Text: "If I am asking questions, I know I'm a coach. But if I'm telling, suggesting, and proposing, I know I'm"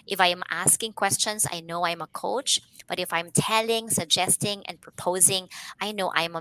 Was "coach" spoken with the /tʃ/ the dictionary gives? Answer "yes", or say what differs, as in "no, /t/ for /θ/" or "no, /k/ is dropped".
yes